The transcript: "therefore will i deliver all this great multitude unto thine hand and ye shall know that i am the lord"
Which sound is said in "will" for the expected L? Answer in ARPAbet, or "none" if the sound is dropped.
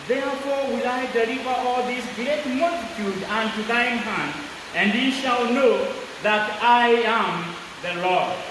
L